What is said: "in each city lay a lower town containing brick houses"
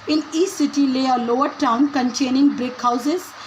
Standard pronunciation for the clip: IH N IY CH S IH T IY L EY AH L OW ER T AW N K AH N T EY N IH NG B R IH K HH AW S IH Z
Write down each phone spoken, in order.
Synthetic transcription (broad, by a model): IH N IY S S IH T IY L EY AH L OW ER T AW N K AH N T EY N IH NG B R IH K HH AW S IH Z